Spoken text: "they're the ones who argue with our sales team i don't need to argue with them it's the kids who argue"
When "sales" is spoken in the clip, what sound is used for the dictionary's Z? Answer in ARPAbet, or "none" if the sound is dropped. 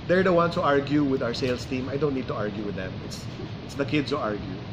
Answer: S